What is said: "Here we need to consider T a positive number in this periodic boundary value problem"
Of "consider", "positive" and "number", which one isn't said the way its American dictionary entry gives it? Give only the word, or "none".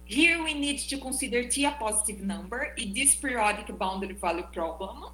consider